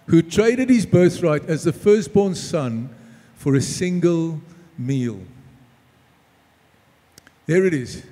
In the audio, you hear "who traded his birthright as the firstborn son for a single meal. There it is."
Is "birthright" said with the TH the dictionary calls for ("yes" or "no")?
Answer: yes